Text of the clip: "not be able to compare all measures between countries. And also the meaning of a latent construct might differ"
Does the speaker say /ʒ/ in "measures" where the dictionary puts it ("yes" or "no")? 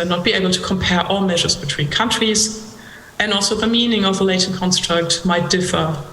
yes